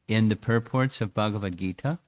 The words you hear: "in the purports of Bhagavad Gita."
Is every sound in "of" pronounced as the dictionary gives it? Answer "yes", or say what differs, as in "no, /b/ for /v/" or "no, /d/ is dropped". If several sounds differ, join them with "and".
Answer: yes